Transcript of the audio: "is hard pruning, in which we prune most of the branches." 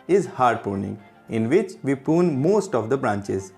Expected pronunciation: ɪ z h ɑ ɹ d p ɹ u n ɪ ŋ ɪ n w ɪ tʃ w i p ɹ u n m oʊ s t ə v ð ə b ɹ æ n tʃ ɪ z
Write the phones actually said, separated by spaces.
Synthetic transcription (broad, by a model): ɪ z h ɑ ɹ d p u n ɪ ŋ ɪ n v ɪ tʃ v i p u n m oʊ s t ə v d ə b ɹ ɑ n tʃ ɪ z